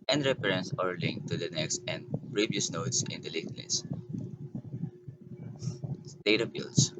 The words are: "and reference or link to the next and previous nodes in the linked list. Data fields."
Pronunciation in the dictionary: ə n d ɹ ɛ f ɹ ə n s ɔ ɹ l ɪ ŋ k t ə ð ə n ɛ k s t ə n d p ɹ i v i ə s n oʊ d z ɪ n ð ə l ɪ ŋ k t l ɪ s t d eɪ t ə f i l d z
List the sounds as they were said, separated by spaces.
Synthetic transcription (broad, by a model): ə n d ɹ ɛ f ɹ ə n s ɔ ɹ l ɪ ŋ k t ə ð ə n ɛ k s t ə n d p ɹ i v i ə s n oʊ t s ɪ n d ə l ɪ k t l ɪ s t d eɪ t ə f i l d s